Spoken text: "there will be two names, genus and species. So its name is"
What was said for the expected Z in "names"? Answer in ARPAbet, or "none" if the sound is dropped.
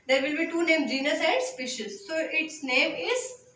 none